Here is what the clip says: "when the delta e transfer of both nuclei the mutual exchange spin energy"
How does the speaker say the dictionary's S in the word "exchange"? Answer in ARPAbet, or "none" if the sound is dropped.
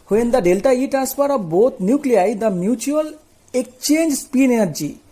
none